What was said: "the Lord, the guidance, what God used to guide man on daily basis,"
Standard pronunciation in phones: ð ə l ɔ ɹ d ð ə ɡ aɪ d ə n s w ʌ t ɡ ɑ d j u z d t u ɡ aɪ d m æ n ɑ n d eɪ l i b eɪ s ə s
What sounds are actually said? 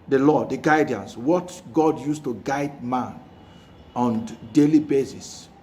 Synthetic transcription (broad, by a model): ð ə l ɔ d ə ɡ aɪ d ə n s w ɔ t ɡ ɑ d j u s t u ɡ aɪ d m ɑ n ɑ n d eɪ l i b eɪ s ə s